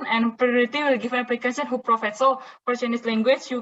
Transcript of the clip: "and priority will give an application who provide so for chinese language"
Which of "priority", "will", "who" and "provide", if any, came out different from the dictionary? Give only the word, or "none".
provide